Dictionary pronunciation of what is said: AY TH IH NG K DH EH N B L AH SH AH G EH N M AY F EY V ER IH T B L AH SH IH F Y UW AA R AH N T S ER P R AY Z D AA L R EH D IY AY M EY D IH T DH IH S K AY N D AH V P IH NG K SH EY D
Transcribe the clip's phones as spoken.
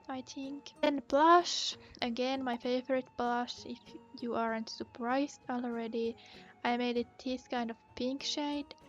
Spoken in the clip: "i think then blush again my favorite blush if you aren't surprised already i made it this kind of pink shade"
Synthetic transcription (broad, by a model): AY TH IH NG K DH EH N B L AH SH AH G EH N M AY F EY V ER IH T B L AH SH IH F Y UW AA R AH N T S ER P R AY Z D AA L R EH D IY AY M EY D IH T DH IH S K AY N D AH V P IH NG K SH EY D